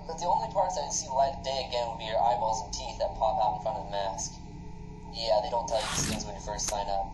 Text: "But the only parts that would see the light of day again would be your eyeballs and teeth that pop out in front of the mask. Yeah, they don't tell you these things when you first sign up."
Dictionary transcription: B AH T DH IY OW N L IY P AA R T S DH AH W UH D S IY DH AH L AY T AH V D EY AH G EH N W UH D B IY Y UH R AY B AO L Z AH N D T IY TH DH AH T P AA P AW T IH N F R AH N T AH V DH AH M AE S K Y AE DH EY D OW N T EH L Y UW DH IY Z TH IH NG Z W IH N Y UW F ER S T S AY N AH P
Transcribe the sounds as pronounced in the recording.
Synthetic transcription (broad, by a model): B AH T DH IY OW N L IY P AA R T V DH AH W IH S IY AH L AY AH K D EY AH G EH N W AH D B IY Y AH R AY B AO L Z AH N T IY TH DH AH T P AA P AW T N F R AH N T AH V DH AH M AE S K Y AE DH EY D OW N T EH L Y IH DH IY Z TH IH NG Z W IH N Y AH F ER S T S AY N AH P